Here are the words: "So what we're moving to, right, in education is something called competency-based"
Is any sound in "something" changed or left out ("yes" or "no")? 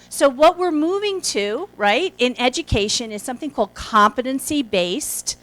no